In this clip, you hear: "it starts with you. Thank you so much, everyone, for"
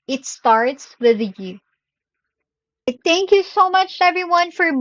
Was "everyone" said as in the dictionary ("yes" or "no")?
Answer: yes